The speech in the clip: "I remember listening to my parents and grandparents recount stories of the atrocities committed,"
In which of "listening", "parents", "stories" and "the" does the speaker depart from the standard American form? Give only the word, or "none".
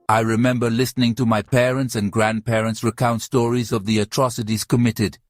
none